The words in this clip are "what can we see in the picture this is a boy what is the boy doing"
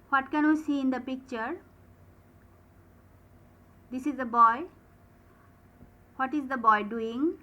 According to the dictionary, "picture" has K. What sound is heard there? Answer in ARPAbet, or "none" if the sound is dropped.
K